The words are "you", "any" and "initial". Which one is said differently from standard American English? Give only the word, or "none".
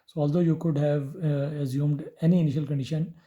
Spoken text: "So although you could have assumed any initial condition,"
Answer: none